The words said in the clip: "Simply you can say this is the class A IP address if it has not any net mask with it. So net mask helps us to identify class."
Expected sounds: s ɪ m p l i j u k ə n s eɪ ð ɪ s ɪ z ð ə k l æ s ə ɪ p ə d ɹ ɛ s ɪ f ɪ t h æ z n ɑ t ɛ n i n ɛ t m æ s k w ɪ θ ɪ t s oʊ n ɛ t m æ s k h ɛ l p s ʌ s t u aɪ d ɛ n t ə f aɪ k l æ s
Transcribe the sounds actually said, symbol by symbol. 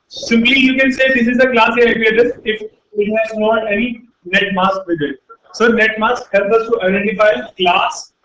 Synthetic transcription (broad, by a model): s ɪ m p l i j u k ə n s eɪ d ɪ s ɪ z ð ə k l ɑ s ə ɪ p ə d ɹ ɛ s ɪ f ɪ t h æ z n ɑ t ɛ n i n ɛ t m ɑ s k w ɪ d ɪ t s oʊ n ɛ t m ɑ s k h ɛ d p ʌ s t u aɪ d ɛ n t ə f aɪ k l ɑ s